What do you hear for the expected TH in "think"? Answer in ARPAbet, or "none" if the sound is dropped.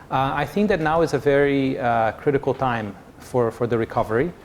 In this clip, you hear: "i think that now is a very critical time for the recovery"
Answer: TH